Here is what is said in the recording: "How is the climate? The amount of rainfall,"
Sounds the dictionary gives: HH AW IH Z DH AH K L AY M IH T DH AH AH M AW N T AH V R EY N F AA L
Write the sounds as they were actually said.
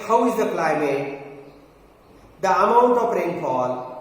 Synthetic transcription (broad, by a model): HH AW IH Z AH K L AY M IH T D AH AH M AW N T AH P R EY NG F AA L